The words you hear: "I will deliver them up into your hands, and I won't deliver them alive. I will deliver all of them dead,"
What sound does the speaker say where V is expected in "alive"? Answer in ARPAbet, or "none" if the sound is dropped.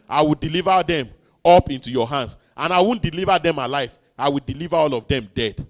F